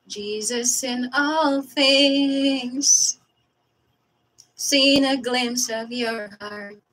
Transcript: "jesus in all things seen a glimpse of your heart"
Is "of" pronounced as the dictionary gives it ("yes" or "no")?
yes